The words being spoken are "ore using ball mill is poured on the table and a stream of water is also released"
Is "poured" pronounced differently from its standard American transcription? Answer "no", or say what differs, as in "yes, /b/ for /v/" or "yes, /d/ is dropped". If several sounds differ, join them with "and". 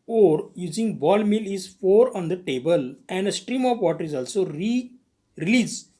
yes, /f/ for /p/